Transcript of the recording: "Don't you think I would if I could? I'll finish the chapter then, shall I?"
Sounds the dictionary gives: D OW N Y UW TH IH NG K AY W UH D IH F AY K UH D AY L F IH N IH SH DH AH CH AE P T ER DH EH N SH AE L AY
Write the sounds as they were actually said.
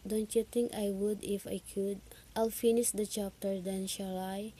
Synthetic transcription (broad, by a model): D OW N Y UW T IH NG K AY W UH D IH F AY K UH D AY L F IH N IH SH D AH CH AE P T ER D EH N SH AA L AY